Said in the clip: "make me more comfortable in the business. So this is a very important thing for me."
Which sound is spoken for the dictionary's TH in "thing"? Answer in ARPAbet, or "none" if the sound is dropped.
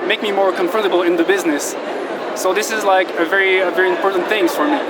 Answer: TH